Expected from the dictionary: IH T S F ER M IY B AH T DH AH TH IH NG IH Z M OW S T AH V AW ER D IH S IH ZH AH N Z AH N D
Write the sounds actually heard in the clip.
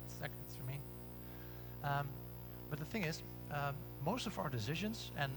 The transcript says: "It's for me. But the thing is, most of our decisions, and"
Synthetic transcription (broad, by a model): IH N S F ER M IY B AH T DH AH TH IH NG IH Z M OW S T AH V AW ER D IH S IH ZH AH N Z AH N